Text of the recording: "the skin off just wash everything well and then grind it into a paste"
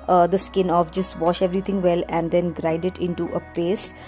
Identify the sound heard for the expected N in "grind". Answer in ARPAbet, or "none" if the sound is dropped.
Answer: none